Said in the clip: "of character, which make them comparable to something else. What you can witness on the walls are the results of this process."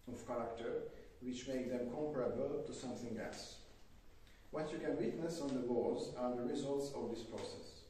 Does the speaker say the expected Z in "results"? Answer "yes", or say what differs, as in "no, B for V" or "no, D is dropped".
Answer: yes